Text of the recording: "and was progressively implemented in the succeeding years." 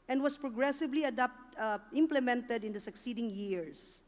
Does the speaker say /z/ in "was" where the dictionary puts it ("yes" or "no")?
no